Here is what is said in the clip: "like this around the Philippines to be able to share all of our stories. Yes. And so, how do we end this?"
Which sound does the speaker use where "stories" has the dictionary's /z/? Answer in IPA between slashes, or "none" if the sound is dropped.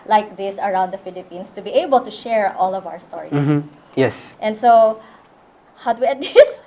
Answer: none